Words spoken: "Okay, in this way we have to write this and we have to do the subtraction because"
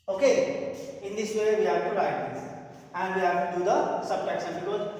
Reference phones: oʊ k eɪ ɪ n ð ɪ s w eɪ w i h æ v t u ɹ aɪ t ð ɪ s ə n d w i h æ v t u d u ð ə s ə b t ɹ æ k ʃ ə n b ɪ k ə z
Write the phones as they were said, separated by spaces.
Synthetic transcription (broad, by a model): oʊ k eɪ ɪ n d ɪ s w eɪ w i h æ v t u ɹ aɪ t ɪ ə n d w i h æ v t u d u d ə s ə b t æ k s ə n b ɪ k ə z